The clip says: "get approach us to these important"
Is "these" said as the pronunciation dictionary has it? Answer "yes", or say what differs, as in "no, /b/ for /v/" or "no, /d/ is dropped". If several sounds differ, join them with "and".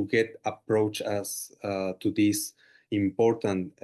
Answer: no, /s/ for /z/